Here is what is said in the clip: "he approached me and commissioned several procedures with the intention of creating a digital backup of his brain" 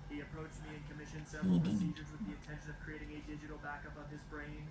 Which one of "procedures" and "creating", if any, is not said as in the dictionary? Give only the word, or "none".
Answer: none